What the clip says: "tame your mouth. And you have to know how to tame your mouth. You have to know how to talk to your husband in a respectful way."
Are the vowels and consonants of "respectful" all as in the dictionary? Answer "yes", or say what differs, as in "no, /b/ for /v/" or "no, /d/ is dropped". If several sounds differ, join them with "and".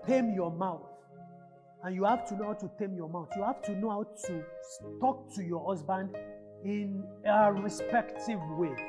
no, /f/ is dropped